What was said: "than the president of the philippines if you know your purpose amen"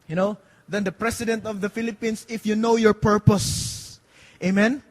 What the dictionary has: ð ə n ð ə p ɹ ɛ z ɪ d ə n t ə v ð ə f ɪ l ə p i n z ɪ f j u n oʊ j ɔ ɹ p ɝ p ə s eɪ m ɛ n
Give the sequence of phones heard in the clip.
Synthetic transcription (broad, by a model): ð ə n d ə p ɹ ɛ s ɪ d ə n t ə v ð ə f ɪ l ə p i n s ɪ f j u n oʊ j ɔ ɹ p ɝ p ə s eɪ m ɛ n